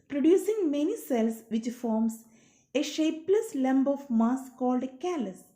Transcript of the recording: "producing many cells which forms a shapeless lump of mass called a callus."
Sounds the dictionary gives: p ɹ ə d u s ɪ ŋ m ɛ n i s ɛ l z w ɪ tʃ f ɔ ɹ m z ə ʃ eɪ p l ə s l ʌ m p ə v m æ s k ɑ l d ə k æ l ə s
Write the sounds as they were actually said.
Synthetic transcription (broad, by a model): p ɹ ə d u s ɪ ŋ m ɛ n i s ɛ l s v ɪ tʃ f ɔ ɹ m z ə ʃ eɪ p l ə s l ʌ m b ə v m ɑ s k ɑ l d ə k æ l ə s